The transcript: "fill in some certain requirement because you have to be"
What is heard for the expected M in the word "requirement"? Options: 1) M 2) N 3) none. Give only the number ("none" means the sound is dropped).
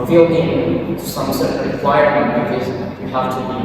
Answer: 3